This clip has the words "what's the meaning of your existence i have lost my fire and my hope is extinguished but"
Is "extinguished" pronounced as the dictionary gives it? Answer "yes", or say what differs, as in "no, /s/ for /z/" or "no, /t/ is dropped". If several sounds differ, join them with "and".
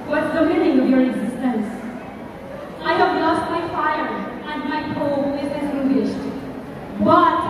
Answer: no, /k/ is dropped